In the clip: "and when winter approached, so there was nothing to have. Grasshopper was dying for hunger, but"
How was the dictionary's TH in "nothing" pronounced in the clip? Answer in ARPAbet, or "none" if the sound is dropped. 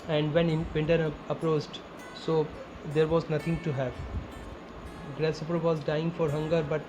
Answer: T